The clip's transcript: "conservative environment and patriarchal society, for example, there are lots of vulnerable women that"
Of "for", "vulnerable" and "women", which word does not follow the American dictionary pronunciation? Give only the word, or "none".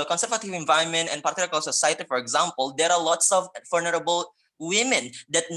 vulnerable